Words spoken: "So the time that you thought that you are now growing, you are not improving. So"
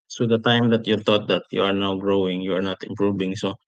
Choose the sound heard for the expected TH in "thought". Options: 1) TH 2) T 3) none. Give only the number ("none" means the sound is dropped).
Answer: 2